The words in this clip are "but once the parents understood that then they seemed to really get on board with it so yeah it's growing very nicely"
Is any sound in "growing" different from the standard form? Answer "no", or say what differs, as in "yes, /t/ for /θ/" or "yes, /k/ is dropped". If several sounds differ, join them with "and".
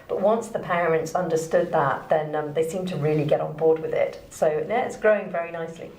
no